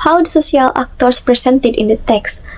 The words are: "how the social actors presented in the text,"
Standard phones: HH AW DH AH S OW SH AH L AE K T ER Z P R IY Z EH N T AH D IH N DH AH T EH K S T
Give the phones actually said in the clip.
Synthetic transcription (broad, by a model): HH AW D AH S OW S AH L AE K T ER S P R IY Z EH N T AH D IH N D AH T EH K S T